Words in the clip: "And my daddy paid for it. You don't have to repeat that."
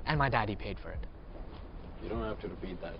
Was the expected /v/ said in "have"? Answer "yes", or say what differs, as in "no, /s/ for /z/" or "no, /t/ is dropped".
no, /f/ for /v/